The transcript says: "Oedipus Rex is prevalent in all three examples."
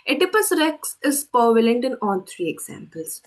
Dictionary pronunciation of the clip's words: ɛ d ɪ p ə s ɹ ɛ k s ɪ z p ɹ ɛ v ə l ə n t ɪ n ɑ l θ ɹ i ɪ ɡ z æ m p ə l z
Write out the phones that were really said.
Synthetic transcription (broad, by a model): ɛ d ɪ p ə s ɹ ɛ k s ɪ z p ʌ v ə l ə n t ɪ n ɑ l t ɹ i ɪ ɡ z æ m p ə l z